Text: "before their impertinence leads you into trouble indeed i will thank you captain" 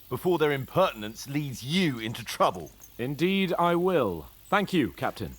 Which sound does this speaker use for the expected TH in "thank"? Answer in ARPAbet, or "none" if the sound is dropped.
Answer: TH